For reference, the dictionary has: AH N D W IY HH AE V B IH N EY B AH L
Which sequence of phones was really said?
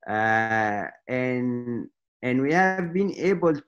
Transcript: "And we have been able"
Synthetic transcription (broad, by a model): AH N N W IY HH AE V B IH N EY B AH L